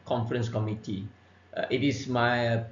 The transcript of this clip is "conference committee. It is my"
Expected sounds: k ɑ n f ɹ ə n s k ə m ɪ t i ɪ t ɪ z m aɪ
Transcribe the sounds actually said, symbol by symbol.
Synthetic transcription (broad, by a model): k ɑ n f ɹ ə n s k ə m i t i ɪ t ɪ s m aɪ